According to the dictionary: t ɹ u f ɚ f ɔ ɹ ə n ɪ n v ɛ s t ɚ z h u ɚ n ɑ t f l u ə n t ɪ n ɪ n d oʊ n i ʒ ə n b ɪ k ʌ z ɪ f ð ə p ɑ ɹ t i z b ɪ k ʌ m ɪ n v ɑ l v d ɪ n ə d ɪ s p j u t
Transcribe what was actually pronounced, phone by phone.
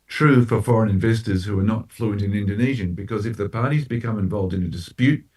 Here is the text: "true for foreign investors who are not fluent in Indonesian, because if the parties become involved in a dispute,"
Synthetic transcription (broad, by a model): t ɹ u f ɚ f ɔ ɹ ə n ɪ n v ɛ s t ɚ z h u ɚ n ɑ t f l u ə n t ɪ n ɪ n d oʊ n i ʒ ə n b ɪ k ʌ z ɪ f ð ə p ɑ ɹ t i z b ɪ k ʌ m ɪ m v ɑ l v d ɪ n ə d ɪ s p j u t